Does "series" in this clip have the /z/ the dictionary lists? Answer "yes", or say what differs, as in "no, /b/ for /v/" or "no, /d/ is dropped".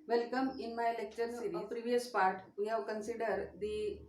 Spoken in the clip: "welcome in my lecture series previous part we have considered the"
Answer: no, /z/ is dropped